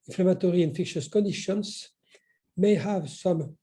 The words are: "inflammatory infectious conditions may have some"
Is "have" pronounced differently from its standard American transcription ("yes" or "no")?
no